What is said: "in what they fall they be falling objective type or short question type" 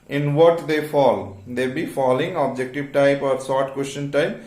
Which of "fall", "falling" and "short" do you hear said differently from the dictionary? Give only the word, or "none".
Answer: short